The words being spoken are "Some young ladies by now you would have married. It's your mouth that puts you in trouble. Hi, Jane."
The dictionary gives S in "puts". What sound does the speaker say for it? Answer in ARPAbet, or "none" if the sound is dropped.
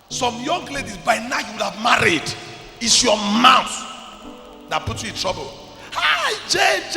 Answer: none